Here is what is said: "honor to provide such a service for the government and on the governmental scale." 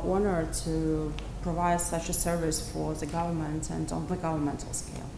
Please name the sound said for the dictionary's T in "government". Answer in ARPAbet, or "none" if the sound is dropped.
T